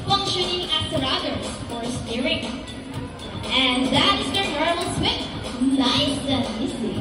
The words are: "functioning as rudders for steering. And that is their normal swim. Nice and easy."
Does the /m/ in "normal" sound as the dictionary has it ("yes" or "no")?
no